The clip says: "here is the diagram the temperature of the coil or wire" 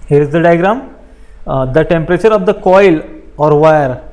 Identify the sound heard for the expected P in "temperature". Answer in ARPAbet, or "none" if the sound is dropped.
P